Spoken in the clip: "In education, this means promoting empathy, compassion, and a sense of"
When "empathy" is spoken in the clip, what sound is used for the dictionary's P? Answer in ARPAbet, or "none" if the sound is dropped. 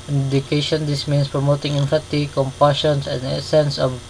F